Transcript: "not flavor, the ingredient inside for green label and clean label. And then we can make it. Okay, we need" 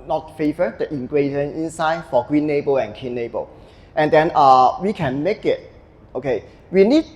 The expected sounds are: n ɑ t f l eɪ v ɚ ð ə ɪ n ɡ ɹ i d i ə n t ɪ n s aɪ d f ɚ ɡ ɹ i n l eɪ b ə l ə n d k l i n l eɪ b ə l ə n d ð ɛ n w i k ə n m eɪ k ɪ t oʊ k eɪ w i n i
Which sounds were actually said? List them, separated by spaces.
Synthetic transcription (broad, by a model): n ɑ t f eɪ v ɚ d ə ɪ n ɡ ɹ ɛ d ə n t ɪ n s aɪ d f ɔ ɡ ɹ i n eɪ b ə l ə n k i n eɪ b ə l ə n d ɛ n w i k ə n m eɪ k ɪ t oʊ k eɪ w i n i